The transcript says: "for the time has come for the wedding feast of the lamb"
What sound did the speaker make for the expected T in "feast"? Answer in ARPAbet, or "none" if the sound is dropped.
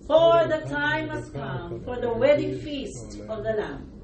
T